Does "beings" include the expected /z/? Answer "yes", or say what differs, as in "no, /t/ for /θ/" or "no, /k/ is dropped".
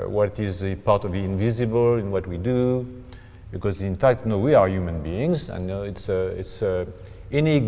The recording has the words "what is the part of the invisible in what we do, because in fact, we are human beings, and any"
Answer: yes